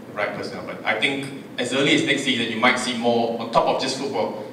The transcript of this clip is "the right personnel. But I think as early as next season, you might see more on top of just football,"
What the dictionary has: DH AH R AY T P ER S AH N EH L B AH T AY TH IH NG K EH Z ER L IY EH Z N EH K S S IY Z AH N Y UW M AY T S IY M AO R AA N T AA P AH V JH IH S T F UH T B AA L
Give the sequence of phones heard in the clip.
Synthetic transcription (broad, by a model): R AY T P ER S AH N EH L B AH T AY T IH NG K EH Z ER L IY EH S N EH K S S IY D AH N Y UW M AY T S IY M AO AA N T AA P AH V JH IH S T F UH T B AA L